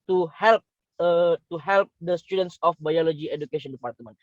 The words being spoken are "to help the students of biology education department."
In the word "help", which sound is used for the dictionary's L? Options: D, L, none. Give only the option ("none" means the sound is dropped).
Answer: L